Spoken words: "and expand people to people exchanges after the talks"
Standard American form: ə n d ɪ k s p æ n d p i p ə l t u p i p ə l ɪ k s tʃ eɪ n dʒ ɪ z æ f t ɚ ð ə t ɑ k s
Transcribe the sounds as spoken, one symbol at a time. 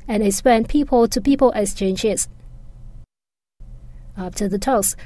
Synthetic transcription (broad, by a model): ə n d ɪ s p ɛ n p i p ə l t u p i p ə l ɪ k s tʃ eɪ n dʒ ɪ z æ f t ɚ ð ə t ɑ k s